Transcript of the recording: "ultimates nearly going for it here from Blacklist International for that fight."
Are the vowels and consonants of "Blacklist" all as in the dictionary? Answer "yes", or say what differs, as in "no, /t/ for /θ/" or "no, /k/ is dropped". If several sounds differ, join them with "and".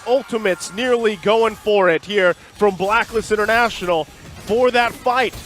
no, /t/ is dropped